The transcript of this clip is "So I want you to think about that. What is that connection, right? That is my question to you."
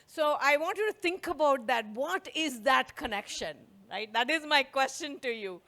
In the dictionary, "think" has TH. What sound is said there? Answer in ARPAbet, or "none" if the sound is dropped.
T